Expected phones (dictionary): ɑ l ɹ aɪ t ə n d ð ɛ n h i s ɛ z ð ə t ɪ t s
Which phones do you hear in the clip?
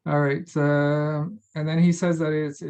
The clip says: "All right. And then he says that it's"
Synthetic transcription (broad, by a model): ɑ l ɹ aɪ t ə n ð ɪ n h i s ɛ z ð ə t ɪ t s